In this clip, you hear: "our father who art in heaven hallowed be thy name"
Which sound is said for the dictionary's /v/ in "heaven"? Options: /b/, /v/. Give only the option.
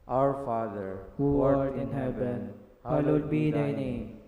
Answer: /b/